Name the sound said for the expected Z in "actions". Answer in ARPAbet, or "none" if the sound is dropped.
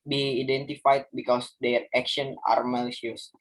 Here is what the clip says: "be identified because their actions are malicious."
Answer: none